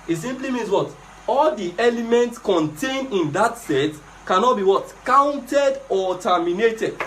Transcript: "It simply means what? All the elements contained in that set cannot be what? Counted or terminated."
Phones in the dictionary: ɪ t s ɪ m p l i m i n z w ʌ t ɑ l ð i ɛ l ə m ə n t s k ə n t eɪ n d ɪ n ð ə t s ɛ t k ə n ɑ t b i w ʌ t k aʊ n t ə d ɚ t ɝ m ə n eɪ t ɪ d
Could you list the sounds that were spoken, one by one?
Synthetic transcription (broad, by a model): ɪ t s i m p l i m i n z w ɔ t ɑ l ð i ɛ l ə m ə n t s k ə n t eɪ n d ɪ n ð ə t s ɛ t k ə n ɑ t b i w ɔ t k aʊ n t ə d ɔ t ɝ m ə n eɪ t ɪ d